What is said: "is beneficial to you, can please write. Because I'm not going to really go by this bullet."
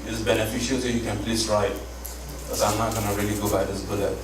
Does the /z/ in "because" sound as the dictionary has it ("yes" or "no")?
no